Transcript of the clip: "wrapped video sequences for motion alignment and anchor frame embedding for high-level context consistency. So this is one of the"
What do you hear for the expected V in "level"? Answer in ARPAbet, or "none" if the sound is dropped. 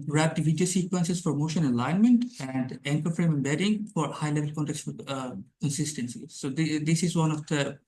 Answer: V